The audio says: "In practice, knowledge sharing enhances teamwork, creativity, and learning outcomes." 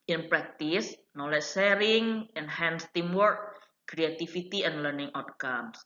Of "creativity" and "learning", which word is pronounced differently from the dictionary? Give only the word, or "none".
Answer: creativity